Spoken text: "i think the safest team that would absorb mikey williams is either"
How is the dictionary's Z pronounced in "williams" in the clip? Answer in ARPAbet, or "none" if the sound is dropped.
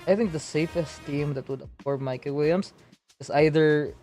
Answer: S